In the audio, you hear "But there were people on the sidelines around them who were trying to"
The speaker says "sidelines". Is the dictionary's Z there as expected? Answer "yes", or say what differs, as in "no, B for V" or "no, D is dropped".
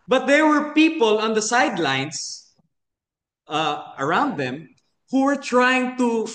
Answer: no, S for Z